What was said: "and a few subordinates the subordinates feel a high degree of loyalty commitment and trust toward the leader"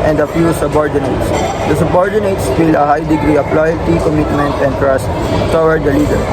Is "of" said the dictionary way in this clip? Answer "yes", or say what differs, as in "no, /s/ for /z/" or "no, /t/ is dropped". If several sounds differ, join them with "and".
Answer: no, /p/ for /v/